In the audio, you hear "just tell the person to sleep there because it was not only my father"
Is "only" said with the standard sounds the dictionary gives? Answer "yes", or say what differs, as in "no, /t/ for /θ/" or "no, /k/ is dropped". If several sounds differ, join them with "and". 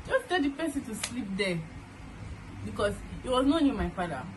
no, /l/ is dropped